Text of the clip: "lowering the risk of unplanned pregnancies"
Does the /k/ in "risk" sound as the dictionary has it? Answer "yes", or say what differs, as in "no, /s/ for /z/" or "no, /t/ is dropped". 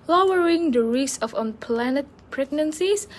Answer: no, /k/ is dropped